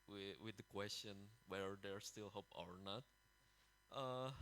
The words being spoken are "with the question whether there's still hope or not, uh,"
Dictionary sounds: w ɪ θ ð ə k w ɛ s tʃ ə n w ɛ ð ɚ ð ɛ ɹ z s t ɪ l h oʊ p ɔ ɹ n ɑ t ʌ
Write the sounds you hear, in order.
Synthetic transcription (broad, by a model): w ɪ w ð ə k w ɛ s tʃ ə n w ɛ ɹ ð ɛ ɹ s t ɪ l h oʊ p ɔ ɹ n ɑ t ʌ